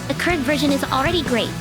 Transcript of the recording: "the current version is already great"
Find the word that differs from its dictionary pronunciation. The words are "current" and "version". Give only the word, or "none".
none